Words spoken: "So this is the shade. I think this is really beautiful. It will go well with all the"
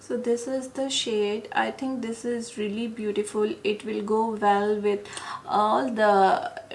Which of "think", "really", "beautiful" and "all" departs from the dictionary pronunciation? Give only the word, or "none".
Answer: think